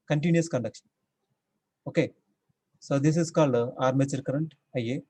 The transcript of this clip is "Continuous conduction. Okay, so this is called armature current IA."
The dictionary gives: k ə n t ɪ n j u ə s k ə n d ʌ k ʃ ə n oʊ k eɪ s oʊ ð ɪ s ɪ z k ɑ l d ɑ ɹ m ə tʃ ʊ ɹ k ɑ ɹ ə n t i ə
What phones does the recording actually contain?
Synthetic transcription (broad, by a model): k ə n t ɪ n j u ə s k ə n d ʌ k ʃ ə n oʊ k eɪ s oʊ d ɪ s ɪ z k ɑ l d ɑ ɹ m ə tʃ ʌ ɹ k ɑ ɹ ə n t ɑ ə